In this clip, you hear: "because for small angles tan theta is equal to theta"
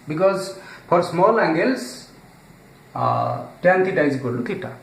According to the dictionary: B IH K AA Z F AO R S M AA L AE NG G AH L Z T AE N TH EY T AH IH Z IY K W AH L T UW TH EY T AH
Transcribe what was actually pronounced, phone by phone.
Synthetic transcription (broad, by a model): B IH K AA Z P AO R S M AA L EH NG G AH L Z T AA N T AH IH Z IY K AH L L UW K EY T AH